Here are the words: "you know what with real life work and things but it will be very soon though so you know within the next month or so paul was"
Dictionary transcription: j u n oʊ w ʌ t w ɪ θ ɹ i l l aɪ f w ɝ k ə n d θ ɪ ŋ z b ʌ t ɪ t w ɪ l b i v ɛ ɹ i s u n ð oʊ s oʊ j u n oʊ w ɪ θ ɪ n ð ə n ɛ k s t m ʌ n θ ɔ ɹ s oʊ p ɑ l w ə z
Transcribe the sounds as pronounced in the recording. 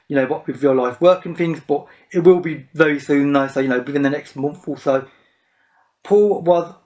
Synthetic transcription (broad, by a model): j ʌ n oʊ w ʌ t w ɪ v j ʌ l l aɪ f w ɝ k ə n θ ɪ ŋ z b ʌ t ɪ t w ɪ l b i v ɛ ɹ i s u n ð oʊ s oʊ j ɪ n oʊ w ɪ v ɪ n ð ə n ɛ k s t m ʌ n θ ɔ l s oʊ p ɑ l w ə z